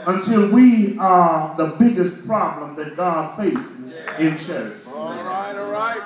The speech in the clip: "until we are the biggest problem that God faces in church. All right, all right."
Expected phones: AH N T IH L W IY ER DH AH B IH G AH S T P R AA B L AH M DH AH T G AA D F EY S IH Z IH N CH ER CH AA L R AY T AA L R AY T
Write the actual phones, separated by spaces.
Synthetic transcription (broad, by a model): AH N T IH L W IY ER DH AH B IH G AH S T P R AA B L AH M DH AH T G AA D F EY S IH Z IH N CH ER CH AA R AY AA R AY